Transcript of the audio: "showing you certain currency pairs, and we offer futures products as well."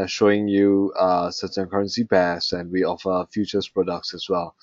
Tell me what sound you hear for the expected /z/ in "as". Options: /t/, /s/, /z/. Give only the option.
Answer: /s/